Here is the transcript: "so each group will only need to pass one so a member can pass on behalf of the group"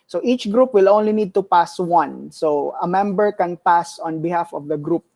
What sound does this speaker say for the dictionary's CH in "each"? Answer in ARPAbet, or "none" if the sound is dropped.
CH